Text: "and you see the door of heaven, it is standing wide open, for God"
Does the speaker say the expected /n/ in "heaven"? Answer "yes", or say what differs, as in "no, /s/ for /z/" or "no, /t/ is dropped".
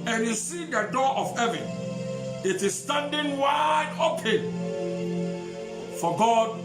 yes